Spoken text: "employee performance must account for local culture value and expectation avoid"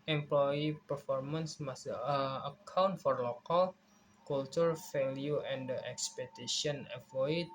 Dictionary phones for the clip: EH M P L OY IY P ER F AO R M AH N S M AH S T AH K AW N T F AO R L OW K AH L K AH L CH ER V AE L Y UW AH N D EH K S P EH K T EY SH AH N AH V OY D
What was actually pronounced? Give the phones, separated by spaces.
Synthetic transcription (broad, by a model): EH M P L OY IY P ER F AO R M AH N S M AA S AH AH K AW N T F AO R L OW K AH L K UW L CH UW F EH L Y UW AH N D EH K S P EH T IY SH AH N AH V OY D